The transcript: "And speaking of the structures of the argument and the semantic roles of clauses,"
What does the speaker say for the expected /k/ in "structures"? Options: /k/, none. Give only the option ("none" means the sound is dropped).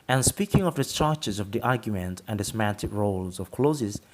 none